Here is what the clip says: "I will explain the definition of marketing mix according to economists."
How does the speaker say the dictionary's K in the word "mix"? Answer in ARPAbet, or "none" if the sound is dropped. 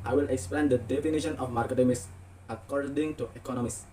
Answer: none